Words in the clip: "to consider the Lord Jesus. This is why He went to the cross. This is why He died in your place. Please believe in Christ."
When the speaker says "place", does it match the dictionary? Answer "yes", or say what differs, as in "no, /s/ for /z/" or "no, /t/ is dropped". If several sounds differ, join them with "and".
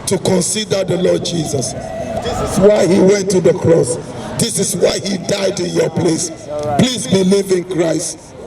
yes